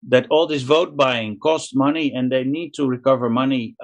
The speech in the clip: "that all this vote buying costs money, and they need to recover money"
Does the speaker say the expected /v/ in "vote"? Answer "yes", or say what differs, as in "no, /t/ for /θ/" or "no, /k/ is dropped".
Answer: yes